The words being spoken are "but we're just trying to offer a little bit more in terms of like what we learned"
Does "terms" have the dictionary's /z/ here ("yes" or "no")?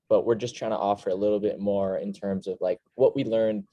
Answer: yes